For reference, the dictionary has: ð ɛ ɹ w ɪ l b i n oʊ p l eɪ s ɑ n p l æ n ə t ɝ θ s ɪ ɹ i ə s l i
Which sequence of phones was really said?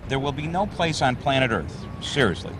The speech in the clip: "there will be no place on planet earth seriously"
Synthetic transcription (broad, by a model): ð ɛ ɹ w ɪ l b i n oʊ p l eɪ s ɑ n p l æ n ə t ɝ θ s ɪ ɹ i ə s l i